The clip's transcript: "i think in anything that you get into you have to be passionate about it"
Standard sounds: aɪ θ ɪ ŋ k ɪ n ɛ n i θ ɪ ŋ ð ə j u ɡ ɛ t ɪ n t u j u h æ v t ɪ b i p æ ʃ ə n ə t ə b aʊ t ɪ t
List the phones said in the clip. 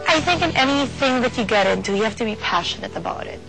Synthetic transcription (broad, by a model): aɪ θ ɪ ŋ k ɪ n ɛ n i θ ɪ ŋ ð ə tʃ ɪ ɡ ɛ t ɪ n t u j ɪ h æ f t ɪ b i p æ ʃ ə n ə t ə b aʊ t ɪ t